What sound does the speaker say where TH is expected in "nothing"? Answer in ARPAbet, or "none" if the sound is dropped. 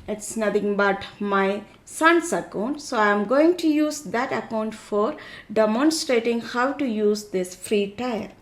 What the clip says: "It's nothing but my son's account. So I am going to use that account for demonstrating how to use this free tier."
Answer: T